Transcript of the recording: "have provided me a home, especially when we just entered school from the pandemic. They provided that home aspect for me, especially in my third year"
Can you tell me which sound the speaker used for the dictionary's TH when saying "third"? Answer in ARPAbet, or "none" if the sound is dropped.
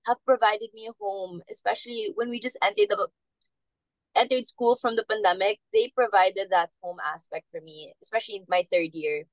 TH